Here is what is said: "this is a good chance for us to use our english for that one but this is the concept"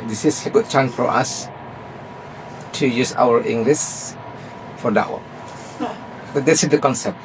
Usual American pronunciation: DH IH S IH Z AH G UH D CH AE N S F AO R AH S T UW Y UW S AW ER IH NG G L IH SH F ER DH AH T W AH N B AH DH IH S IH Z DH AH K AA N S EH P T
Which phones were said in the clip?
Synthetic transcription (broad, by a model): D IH S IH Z AH G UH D CH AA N F AO R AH S T UW Y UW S AW ER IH NG G L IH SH F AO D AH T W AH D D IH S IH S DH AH K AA N S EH P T